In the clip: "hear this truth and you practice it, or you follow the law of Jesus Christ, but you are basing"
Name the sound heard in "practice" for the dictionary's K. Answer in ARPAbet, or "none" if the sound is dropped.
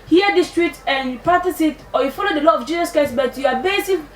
none